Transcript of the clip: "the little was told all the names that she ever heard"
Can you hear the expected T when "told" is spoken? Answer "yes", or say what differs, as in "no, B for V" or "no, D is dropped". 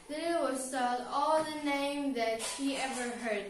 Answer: no, S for T